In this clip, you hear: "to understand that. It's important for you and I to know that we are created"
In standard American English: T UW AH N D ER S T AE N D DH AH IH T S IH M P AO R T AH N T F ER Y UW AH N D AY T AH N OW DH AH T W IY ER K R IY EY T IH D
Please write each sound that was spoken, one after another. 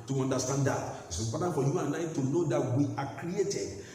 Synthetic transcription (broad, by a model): T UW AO N D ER S T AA N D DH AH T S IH P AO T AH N F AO Y UW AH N AY T AH N OW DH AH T W IY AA K R IY EY T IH D